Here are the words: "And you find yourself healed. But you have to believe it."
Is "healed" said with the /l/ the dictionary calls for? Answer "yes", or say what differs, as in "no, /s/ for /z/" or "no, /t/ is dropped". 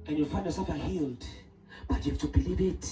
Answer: yes